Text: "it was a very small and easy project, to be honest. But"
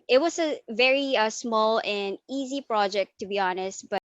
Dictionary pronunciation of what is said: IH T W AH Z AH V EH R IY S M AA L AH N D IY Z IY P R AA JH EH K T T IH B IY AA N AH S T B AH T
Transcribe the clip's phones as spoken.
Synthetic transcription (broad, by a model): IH T W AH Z AH V EH R IY S M AA L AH N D IY Z IY P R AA JH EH K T T IH B IY AA N AH S T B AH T